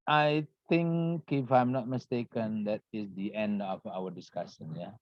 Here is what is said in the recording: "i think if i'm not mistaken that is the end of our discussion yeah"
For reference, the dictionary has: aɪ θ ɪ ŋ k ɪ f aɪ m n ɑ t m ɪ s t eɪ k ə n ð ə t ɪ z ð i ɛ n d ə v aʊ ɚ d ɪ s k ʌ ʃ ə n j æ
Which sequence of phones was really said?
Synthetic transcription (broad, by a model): aɪ t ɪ ŋ k ɪ f aɪ m n ɑ t m ɪ s t eɪ k ə n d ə t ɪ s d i ɛ n d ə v aʊ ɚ d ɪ s k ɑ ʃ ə n j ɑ